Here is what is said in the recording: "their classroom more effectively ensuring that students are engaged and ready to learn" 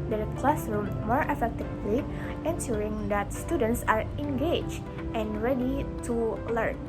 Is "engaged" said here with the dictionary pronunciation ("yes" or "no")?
no